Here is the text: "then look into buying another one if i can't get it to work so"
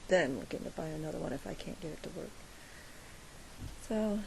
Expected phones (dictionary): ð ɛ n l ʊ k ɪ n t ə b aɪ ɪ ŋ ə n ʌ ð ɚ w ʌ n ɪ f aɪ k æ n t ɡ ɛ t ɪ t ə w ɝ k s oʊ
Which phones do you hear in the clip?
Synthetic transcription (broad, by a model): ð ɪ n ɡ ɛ ɪ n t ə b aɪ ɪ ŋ ə n ʌ ð ɚ w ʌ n ɪ f aɪ k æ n ɡ ɛ t ɪ t ə w ɝ k s oʊ